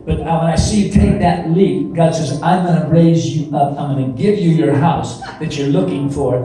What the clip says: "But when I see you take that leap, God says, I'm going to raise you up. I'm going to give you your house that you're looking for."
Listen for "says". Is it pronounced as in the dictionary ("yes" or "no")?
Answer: yes